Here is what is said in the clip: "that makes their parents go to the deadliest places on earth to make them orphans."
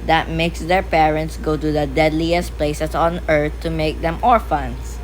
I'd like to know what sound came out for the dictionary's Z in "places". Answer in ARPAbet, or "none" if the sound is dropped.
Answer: S